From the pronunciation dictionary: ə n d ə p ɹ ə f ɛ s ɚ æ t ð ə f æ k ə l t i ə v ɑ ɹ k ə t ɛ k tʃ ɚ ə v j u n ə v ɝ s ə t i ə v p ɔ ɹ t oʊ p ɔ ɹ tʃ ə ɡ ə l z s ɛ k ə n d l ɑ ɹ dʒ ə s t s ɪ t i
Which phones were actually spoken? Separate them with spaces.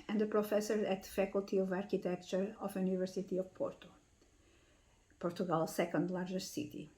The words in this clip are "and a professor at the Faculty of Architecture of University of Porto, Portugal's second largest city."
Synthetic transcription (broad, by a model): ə n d ə p ɹ ə f ɛ s ɚ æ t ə f æ k ə l t i ə v ɑ ɹ k ə t ɛ k tʃ ɚ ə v j u n ə v ɝ s ə t i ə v p ɔ ɹ t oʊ p ɔ ɹ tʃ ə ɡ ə l s ɛ k ə n d l ɑ ɹ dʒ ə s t s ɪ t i